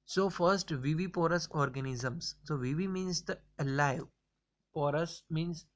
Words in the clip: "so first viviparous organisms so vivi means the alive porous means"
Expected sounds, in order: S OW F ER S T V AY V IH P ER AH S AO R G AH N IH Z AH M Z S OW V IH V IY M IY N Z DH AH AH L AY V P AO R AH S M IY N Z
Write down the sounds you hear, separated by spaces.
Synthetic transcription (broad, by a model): S OW F ER S T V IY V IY P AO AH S AO R G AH N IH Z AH M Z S OW V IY V IY M IY N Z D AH AH L AY V P AO R AH S M IY N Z